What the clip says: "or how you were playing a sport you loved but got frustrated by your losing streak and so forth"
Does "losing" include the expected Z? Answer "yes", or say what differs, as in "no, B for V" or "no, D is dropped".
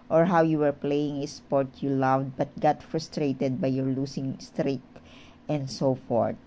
no, S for Z